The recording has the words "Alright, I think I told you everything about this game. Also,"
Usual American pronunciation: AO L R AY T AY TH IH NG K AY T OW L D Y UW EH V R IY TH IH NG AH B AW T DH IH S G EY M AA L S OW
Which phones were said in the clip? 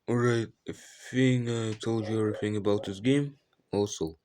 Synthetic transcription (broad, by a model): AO R AY T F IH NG AY T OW L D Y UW EH V R IY TH IH NG AH B AW T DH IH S G EY M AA L S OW